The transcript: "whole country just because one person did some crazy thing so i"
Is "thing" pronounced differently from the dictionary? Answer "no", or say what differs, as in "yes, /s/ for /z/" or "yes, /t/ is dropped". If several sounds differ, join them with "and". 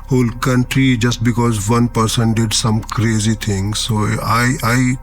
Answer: yes, /t/ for /θ/